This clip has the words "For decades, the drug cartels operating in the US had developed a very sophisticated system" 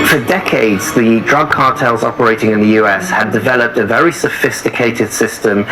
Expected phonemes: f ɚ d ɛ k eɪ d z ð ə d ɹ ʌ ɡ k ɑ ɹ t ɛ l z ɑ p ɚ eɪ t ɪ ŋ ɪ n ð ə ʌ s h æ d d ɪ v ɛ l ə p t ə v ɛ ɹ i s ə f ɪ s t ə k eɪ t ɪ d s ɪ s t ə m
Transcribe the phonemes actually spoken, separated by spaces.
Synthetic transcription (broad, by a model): f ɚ d ɛ k eɪ d z ð ə d ɹ ʌ ɡ k ɑ t ɛ l z ɑ p ɚ eɪ t ɪ ŋ ɪ n ð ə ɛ s h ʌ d d ɪ v ɛ l ə p t ə v ɛ ɹ i s ə f ɪ s t ə k eɪ t ɪ d s ɪ s t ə m